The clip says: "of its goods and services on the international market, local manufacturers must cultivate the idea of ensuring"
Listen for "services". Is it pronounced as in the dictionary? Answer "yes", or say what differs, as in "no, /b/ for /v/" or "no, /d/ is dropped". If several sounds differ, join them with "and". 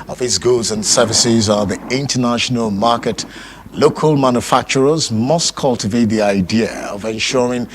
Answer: yes